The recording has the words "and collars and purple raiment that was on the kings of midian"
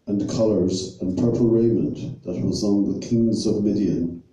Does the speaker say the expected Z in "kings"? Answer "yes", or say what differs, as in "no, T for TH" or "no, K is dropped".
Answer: yes